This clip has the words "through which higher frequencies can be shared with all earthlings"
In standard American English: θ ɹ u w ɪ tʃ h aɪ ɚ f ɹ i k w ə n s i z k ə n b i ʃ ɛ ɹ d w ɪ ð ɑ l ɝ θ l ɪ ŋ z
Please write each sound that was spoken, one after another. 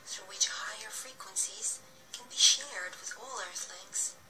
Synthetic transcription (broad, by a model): θ ɹ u w ɪ tʃ h aɪ ɚ f ɹ i k w ə n s i z k ə n b i ʃ ɛ ɹ d w ɪ ð ɑ l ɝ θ l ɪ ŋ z